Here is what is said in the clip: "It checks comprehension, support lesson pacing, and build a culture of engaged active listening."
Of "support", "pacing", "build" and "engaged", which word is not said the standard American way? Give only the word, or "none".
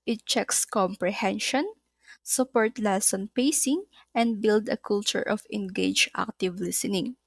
engaged